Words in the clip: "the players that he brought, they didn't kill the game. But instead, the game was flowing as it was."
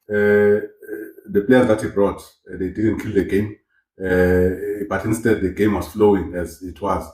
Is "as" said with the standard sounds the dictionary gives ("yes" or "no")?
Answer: yes